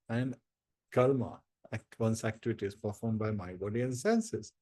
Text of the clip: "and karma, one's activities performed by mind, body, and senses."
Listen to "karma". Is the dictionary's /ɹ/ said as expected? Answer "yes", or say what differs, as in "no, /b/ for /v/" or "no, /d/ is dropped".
no, /l/ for /ɹ/